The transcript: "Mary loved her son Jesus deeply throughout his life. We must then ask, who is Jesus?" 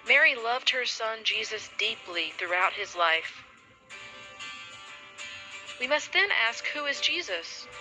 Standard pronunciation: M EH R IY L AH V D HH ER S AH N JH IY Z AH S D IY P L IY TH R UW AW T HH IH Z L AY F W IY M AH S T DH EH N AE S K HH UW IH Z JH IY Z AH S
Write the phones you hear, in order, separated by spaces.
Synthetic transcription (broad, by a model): M EH R IY L AH V D HH ER S AH N JH IY Z AH S D IY P L IY TH R UW AW T HH IH Z L AY F W IY M AH S T DH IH N AE S K HH UW IH Z JH IY Z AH S